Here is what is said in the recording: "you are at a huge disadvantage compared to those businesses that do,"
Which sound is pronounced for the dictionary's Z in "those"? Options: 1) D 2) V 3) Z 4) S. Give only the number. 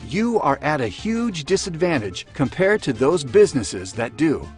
3